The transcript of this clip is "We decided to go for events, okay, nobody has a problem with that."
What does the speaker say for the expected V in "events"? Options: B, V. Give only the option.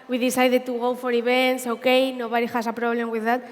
B